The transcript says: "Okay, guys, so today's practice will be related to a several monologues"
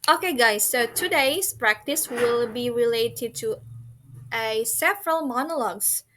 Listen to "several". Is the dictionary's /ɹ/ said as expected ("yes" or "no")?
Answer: yes